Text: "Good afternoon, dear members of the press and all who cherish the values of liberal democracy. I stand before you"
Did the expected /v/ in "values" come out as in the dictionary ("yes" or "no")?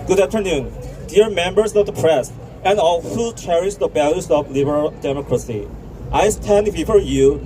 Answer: no